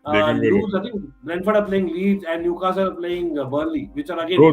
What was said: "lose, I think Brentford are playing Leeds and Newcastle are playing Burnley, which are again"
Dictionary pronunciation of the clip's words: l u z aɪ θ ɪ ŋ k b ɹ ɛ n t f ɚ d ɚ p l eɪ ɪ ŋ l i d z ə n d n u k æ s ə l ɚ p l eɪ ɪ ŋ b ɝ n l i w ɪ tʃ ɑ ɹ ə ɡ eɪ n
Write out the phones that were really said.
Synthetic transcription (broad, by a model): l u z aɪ t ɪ ŋ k b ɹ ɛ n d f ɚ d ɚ p l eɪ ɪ ŋ l i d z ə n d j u k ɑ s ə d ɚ p l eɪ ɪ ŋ b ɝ l i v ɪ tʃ ɑ ɹ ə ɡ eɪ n